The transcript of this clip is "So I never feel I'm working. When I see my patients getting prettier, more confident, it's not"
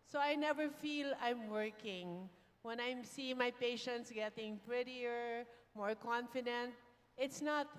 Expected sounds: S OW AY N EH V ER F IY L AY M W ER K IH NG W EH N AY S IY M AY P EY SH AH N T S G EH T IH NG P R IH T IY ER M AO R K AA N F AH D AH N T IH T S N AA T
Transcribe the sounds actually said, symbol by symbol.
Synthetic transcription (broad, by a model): S OW AY N EH V ER F IY L AY M W ER K IH NG W EH N AY S IY M AY P EY SH AH N T S G EH T IH NG P R IH T IY ER M AO R K AA N F AH D AH N T IH T S N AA T